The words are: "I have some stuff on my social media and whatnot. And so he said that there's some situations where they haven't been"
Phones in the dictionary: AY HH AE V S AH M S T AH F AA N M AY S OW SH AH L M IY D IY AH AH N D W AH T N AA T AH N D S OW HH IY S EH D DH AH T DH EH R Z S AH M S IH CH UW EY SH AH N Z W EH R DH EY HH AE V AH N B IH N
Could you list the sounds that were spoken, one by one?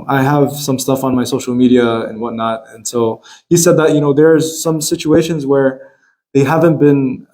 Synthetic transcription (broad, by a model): AY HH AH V S AH M S T AH F N M AY S OW SH L M IY D IY AH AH N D W AH T N AA T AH N S OW HH IY S EH D DH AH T DH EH R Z S AH M S IH CH UW EY SH AH N Z W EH R DH EY HH AE V AH N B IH N